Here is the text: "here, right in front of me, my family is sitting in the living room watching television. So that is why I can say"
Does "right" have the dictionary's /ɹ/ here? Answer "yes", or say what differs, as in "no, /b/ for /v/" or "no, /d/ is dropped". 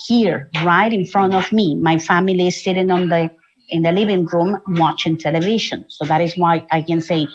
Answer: yes